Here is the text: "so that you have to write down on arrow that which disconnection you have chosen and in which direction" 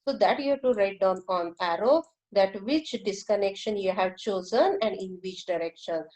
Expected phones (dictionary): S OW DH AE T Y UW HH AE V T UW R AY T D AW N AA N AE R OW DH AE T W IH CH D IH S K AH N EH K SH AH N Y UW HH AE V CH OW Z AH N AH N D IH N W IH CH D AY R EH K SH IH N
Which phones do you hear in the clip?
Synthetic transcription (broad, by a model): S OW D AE T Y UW T UW R AY T D AW N AA N AE R OW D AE T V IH CH D IH S K AH N EH K SH AH N Y UW HH AE V CH OW Z AH N AH N D IH N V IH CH D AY R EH K SH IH N